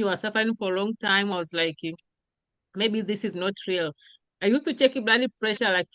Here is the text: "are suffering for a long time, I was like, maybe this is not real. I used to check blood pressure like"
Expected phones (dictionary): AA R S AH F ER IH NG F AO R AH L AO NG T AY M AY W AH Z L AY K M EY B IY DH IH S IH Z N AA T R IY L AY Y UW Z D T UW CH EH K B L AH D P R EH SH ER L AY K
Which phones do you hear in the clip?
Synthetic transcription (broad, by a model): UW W S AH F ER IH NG F AO R AH L AO NG T AY M AY W AH Z L AY K M EY B IY DH IH S IH Z N AA T R IY L AY Y UW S T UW CH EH K B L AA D P R EH SH ER L AY K